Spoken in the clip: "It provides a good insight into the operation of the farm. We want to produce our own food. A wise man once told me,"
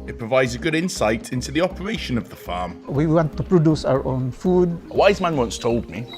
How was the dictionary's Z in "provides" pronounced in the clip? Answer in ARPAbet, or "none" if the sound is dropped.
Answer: Z